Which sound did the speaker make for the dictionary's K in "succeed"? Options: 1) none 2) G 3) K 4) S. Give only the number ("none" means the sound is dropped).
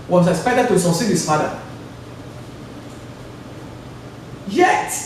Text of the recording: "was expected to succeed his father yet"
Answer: 1